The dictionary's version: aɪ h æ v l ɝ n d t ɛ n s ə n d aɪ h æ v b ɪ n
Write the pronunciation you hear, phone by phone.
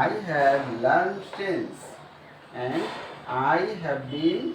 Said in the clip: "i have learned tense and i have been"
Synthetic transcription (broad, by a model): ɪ h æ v l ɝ d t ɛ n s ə n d aɪ h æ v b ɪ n